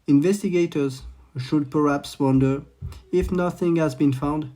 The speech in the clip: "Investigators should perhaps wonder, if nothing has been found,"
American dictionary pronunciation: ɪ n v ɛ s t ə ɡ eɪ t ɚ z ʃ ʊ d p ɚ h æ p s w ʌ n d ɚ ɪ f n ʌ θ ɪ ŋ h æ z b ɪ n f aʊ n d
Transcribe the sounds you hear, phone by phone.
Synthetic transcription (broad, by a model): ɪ n v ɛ s t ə ɡ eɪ t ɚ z ʃ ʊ d p ɚ h æ p s w ʌ n d ɚ ɪ f n ʌ θ ɪ ŋ h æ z b ɪ n f aʊ n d